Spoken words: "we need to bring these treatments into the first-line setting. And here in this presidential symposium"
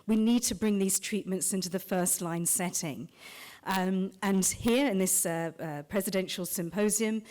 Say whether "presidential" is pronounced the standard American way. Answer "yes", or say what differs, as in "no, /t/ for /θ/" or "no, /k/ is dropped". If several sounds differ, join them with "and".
yes